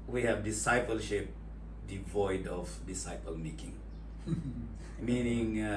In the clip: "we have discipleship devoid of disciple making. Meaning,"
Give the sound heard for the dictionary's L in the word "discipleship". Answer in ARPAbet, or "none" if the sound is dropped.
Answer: L